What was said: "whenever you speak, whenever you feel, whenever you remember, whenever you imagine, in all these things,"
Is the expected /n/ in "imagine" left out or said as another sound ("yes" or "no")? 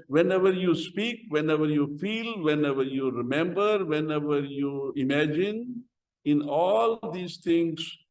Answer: no